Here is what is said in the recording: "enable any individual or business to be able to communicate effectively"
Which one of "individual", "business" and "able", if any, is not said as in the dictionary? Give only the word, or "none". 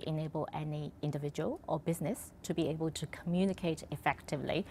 none